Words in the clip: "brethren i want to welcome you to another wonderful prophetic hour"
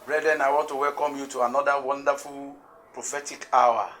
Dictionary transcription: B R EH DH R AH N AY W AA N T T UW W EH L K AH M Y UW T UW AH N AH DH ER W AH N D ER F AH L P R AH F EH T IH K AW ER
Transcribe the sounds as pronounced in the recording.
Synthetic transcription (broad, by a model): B R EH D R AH N AY W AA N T T UW W EH L K AH M Y UW T UW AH N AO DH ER W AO N D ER F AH L P R AH F EH T IH K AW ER